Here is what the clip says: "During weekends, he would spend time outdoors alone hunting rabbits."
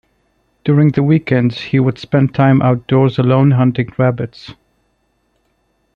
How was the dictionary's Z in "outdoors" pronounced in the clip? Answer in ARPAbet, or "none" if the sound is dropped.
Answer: Z